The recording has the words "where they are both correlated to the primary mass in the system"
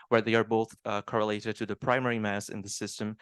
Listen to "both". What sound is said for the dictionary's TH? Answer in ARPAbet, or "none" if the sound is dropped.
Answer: TH